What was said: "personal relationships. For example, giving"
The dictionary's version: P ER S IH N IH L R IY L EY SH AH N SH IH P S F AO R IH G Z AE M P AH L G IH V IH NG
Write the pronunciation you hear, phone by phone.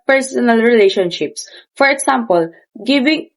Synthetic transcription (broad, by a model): P ER S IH N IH L R IY L EY SH AH N SH IH P S F AO R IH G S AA M P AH L G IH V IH NG